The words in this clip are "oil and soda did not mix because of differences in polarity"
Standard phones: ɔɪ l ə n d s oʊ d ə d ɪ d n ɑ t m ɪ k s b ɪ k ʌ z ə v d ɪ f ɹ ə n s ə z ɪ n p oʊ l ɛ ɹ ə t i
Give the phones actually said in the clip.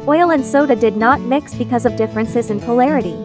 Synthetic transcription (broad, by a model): ɔɪ l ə n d s oʊ d ə d ɪ d n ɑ t m ɪ k s b ɪ k ʌ z ə v d ɪ f ɹ ə n s ə z ɪ n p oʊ l ɛ ɹ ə t i